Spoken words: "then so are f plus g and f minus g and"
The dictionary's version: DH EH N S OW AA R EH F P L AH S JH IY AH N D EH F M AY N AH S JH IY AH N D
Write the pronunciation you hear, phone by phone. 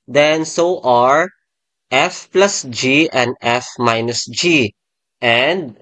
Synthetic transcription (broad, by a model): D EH N S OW AA R EH F P L AH S JH IY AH N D EH F M AY N AH S JH IY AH N D